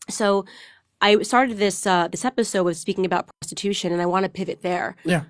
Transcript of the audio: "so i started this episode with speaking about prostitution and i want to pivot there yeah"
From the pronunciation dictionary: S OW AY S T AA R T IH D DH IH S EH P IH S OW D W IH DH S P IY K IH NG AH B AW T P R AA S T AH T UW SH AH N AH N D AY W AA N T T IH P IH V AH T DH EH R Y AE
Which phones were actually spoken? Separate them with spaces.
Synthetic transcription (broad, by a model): S OW AY S T AA R T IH D DH IH S EH P IH S OW D W IH DH S P IY K IH NG AH B AW T P R AA S T AH T UW SH AH N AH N AY W AA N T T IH P IH V AH T DH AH R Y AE